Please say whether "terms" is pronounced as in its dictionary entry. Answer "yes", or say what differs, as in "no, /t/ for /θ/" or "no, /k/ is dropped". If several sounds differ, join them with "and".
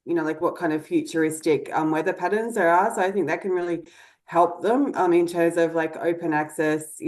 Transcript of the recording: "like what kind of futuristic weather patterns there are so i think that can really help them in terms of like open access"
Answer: yes